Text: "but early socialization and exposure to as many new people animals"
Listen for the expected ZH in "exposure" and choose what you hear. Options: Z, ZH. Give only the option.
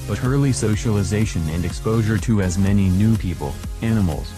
ZH